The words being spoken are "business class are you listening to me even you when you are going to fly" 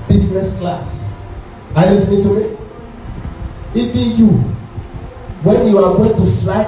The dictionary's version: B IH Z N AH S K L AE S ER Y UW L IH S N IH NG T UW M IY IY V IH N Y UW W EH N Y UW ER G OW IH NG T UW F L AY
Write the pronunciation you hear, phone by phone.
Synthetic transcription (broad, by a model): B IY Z N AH S K L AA S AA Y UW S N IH T UW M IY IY B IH Y UW W EH N Y UW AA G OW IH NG T UW F L AY